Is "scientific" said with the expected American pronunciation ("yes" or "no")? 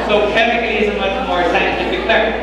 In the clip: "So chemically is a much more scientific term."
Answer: no